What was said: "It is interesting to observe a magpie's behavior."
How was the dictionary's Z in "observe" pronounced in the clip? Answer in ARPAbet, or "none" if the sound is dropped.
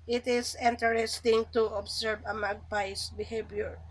S